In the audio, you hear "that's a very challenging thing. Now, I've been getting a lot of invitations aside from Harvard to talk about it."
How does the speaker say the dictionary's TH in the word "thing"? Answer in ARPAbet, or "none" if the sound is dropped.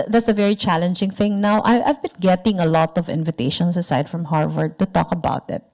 TH